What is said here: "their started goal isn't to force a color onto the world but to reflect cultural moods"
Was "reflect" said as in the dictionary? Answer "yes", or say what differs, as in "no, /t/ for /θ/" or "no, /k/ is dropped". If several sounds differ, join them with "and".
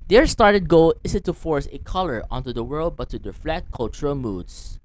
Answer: no, /k/ is dropped